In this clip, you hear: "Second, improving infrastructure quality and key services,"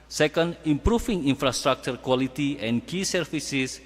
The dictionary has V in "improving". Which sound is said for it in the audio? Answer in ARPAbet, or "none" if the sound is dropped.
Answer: F